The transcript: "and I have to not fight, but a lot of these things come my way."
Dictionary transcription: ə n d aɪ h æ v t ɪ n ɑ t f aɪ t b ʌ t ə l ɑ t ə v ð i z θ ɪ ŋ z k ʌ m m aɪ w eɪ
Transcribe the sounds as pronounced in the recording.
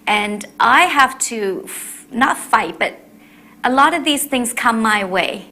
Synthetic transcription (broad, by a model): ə n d aɪ h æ f t ɪ n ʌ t f aɪ t b ʌ t ə l ɑ t ə v ð i z θ ɪ ŋ z k ʌ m m aɪ w eɪ